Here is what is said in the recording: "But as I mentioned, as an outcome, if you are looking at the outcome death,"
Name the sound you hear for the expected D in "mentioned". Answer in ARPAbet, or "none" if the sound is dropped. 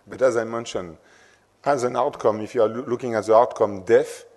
none